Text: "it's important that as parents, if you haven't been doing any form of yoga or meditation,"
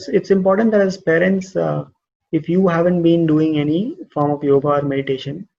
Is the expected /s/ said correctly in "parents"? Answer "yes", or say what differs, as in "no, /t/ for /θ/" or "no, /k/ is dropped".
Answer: yes